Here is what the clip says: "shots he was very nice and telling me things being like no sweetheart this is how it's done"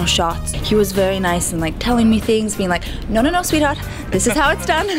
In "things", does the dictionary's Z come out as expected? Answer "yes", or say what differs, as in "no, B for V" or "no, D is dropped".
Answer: yes